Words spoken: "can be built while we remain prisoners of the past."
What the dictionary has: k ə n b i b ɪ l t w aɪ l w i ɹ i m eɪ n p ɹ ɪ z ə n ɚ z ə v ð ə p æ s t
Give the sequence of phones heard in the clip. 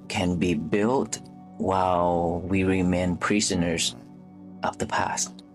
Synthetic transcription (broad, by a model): k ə n b i b ɪ l t w aɪ l w i ɹ i m eɪ n p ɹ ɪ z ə n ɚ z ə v ð ə p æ s t